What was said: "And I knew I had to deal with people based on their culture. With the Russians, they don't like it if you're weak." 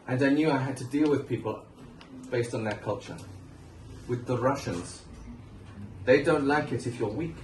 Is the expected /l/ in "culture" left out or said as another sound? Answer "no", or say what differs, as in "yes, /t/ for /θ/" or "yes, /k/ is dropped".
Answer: no